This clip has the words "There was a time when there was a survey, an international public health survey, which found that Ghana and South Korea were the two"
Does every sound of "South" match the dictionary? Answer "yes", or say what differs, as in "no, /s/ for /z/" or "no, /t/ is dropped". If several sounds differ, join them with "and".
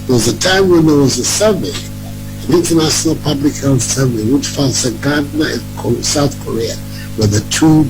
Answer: yes